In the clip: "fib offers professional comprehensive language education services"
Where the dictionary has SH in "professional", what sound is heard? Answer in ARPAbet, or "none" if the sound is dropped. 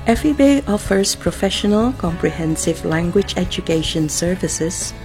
SH